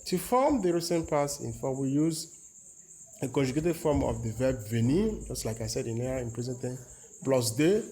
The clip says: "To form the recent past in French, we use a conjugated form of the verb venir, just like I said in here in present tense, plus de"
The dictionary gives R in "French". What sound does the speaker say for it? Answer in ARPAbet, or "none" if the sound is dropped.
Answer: none